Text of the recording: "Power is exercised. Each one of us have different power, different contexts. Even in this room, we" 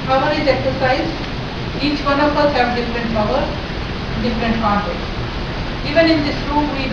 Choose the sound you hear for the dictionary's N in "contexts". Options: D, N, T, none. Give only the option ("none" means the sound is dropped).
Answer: none